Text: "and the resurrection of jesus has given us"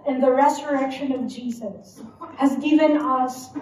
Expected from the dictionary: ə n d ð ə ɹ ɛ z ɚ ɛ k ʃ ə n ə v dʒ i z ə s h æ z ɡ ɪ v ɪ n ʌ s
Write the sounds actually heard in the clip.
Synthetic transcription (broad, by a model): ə n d ð ə ɹ ɛ z ɚ ɛ k ʃ ə n ə v dʒ i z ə s h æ z ɡ ɪ v ɪ n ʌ s